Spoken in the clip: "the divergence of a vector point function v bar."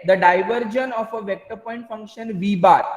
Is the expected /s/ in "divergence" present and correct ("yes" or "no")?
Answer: no